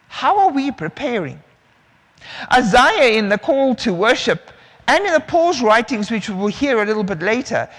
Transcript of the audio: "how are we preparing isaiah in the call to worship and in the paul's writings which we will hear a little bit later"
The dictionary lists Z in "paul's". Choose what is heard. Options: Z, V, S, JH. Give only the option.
Z